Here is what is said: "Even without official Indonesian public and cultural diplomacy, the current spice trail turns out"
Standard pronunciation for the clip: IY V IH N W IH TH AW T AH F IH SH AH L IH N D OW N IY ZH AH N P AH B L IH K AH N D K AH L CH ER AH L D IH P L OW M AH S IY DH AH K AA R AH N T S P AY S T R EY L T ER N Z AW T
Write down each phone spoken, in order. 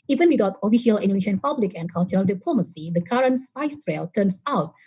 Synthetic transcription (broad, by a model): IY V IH N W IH T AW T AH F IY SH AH L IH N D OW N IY SH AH N P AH B L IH K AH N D K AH L CH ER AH L D IH P L OW M AH S IY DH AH K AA R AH N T S AY S T R EY L T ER N S AW T